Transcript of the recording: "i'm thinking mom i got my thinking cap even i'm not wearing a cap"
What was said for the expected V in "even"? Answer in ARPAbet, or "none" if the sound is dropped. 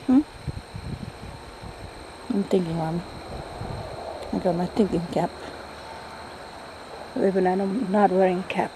B